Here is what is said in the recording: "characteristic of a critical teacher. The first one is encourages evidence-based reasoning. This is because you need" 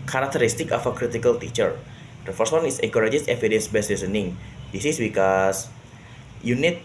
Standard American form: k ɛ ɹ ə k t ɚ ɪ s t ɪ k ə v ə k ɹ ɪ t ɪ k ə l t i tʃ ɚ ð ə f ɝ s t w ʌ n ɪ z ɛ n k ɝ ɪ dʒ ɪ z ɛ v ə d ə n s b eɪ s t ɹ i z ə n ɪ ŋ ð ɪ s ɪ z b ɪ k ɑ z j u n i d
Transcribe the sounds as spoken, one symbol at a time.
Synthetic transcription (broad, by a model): k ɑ ɹ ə k t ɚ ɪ s t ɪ k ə f ə k ɹ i t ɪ k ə l t i tʃ ɚ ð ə f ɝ s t w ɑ n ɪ s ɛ k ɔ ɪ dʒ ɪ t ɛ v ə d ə n s b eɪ s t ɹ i s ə n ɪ ŋ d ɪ s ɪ s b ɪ k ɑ s j u n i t